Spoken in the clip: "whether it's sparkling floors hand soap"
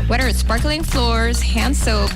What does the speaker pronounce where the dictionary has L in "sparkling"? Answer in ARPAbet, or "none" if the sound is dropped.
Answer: L